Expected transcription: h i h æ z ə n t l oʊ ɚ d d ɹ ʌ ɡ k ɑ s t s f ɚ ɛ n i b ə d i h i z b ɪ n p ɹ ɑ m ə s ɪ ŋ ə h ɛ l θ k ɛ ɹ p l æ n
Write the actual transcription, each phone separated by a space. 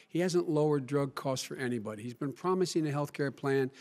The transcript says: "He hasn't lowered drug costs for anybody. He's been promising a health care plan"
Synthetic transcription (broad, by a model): h i h æ z ə n t l oʊ ɚ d d ɹ ʌ ɡ k ɑ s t f ɚ ɛ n i b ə d i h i z b ɪ n p ɹ ɑ m ə s ɪ ŋ ə h ɛ l θ k ɛ ɹ p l æ n